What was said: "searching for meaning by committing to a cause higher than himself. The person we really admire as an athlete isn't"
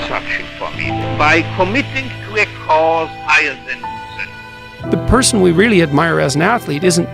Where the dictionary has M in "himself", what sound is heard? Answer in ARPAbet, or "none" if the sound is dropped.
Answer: none